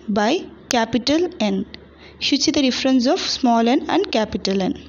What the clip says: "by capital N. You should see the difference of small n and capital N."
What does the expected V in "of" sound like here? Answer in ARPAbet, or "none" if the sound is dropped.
P